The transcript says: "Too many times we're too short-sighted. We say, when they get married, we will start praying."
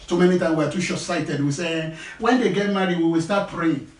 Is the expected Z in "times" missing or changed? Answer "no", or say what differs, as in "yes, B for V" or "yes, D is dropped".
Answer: yes, Z is dropped